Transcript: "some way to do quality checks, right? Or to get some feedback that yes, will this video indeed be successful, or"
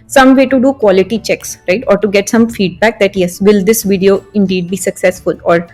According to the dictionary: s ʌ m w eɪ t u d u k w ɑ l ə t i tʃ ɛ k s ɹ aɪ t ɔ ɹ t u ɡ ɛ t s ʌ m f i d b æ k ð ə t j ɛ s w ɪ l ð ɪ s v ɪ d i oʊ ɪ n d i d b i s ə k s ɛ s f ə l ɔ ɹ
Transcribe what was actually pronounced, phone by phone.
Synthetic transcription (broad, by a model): s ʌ m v eɪ t u d u k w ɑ l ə t i tʃ ɛ k s ɹ aɪ t ɔ ɹ t u ɡ ɛ t s ʌ m f i d b æ k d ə t j ɛ s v ɪ l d ɪ s v ɪ d i oʊ ɪ n d i d b i s ə k s ɛ s f ə l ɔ ɹ